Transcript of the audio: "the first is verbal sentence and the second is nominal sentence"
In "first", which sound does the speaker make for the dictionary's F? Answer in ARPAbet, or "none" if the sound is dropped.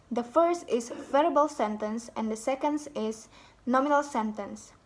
F